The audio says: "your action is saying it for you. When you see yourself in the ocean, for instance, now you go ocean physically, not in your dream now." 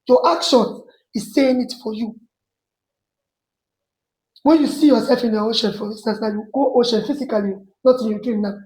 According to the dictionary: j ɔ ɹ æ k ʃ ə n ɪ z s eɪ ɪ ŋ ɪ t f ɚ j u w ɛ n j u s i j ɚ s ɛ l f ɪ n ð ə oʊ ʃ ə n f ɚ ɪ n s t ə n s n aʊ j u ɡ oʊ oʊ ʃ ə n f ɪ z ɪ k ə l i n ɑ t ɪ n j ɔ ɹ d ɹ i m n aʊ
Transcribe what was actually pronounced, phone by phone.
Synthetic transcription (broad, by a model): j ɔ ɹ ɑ k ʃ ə n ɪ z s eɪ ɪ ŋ ɪ t f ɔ j u w ɛ n j u s i j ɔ s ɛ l f ɪ n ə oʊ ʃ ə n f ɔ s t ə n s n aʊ j u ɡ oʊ oʊ ʃ ə n f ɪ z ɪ k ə l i n ɑ t ɪ n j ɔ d i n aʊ